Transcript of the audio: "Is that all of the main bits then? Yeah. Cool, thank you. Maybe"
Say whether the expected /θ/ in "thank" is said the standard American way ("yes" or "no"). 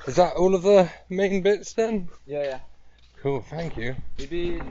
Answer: yes